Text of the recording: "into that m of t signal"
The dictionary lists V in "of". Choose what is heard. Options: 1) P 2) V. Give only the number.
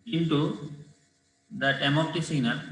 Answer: 1